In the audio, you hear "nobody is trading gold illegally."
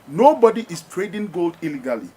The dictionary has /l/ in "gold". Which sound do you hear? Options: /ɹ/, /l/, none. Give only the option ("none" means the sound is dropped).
/l/